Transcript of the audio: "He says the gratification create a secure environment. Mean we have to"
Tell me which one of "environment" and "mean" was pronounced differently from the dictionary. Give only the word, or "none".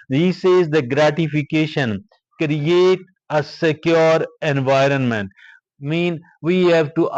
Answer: none